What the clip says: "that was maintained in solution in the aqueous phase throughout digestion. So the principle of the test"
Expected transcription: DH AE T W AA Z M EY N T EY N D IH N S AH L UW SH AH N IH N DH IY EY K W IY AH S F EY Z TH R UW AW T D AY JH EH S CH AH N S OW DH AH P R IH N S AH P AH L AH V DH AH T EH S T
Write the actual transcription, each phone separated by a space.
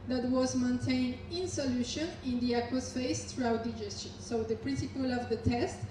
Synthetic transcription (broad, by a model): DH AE T W AA Z M EY N T EY N D IH N S AH L UW SH AH N IH N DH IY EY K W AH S F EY S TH R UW AW T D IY JH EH S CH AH N S OW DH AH P R IH N S AH P AH L AH V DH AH T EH S T